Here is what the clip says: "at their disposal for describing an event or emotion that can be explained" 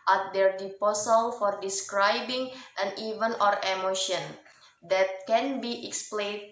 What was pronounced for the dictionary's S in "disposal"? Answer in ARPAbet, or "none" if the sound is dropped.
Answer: none